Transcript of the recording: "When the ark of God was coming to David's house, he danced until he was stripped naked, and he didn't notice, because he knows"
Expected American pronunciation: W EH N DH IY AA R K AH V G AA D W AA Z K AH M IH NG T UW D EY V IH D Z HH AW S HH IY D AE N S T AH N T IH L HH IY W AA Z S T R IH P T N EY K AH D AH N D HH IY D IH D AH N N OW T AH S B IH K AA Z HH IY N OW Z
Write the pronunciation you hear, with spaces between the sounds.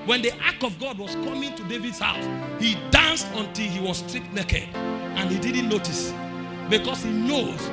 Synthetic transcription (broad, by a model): W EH N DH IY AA K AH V G AA D W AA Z K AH M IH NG T UW D EY V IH D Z HH AW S HH IY D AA N S T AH N T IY L HH IY W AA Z S T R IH T N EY K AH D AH N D HH IY D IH D N N OW T AH S B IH K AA S HH IY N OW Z